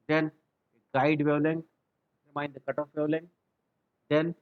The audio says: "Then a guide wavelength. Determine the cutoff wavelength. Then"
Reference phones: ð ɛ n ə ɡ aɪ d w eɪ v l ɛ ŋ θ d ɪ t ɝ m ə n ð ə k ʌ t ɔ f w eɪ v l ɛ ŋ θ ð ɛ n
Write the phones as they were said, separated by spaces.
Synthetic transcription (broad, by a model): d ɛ n ə ɡ aɪ d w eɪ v l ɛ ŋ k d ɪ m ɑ ə n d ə k ʌ t ɔ f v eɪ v l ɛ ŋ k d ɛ n